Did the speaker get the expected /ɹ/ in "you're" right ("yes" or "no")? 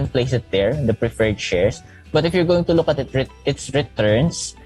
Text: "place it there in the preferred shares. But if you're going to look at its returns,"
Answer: yes